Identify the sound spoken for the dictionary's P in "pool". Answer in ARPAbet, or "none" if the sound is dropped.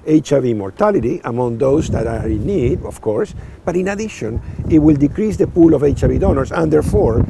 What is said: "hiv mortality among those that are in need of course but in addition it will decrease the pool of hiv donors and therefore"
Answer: P